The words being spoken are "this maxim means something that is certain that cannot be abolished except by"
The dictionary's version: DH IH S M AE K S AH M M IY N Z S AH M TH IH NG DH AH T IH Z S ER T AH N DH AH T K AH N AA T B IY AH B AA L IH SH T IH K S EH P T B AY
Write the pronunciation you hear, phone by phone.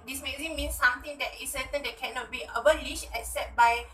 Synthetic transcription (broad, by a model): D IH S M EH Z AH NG M IY N S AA M T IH NG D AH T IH S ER T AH N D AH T K AH N AA T B IY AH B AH L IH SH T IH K S EH T B AY